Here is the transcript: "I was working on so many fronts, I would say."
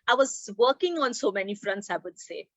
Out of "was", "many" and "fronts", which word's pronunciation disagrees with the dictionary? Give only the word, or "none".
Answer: none